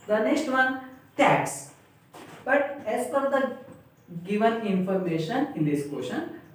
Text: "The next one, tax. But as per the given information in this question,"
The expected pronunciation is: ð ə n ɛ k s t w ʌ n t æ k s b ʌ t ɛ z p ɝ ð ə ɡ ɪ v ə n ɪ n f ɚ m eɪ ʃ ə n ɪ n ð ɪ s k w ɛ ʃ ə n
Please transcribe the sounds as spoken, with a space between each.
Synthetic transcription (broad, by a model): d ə n ɛ k s t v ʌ n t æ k s b ʌ t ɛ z f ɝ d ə ɡ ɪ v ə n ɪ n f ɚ m eɪ ʃ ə n ɪ n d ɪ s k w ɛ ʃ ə n